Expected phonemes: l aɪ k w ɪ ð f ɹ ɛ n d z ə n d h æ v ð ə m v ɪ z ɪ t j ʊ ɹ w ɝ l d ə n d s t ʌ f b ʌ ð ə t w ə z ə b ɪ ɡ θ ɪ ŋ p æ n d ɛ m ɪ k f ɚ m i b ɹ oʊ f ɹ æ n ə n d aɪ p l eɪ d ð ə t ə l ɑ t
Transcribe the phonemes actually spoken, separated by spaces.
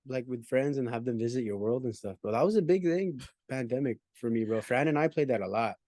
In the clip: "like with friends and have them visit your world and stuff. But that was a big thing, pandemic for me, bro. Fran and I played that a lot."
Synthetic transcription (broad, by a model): l aɪ k w ɪ ð f ɹ ɛ n d z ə n h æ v ð ə m v ɪ z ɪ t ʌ ɹ w ɝ l d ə n s t ʌ f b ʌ ð ə t w ə z ə b ɪ ɡ θ ɪ ŋ p æ n d ɛ m ɪ k f ɚ m i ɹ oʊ f ɹ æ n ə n aɪ p l eɪ d ð ə t ə l ɑ t